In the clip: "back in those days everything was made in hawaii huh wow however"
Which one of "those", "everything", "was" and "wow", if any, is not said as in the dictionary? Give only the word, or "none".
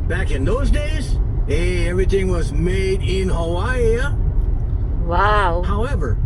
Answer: none